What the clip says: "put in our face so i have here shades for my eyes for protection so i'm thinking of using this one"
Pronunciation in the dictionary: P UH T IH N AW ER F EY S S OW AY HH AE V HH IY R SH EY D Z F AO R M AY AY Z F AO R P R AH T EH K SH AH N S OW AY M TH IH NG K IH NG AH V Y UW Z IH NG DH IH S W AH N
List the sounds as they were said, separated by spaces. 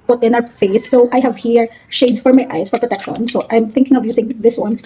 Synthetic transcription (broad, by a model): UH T IH N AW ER F EY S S OW AY HH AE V HH IY R SH EY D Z F AO R M AY AY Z F AO R P R AH T EH K SH AH N S OW AY M TH IH NG K IH NG AH V Y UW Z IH NG DH IH S W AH N